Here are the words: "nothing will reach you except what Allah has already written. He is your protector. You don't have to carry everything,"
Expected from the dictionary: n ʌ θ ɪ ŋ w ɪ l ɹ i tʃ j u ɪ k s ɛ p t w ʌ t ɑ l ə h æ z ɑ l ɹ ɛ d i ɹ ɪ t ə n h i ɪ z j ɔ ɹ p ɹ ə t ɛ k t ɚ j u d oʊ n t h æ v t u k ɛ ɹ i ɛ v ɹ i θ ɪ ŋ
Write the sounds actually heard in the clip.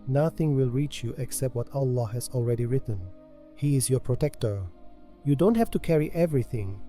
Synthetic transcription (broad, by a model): n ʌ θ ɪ ŋ w ɪ l ɹ i tʃ j u ɪ k s ɛ p t w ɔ t ɑ l ə h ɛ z ɑ l ɹ ɛ d i ɹ ɪ t ə n h i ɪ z j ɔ p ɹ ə t ɛ k t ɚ j u d oʊ n t h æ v t u k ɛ ɹ i ɛ v ɹ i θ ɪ ŋ